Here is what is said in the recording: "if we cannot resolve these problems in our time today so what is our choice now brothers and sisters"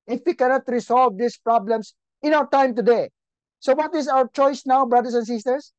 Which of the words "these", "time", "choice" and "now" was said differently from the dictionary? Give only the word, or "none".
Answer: these